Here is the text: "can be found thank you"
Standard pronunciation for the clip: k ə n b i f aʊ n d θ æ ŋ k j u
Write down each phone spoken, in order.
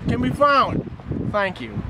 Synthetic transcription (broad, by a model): k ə n b i f aʊ n d θ æ ŋ k j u